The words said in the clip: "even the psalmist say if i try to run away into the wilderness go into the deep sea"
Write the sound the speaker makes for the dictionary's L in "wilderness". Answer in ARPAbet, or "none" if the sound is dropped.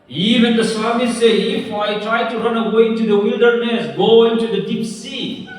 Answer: L